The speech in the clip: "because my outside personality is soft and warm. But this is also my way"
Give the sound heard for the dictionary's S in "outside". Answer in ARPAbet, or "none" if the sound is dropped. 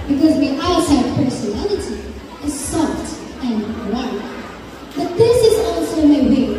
none